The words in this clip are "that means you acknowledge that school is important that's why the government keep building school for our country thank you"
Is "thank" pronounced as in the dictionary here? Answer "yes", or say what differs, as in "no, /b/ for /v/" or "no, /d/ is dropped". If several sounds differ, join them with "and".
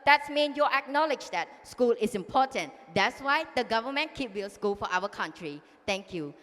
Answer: no, /t/ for /θ/